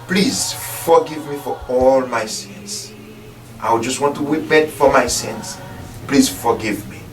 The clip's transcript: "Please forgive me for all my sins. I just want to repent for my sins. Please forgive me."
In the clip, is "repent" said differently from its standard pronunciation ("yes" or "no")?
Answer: yes